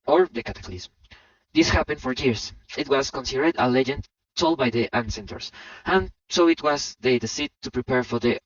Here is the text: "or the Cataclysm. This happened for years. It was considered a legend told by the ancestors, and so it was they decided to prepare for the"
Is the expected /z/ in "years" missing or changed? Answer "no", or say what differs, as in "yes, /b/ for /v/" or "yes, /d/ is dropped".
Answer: yes, /s/ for /z/